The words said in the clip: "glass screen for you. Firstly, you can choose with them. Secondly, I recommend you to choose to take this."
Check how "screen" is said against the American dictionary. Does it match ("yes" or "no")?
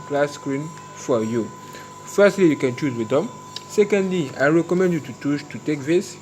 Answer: yes